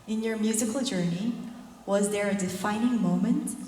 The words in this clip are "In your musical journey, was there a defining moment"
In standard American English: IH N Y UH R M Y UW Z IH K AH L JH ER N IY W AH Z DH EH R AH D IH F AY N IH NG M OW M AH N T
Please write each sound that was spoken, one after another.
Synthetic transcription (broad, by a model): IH N Y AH R M Y UW Z IH K AH L JH ER N IY W AH Z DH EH R AH D IH F AY N IH NG M OW M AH N T